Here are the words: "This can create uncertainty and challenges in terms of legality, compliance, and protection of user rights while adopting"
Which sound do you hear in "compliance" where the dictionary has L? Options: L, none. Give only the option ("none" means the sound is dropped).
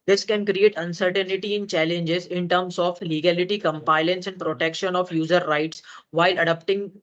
none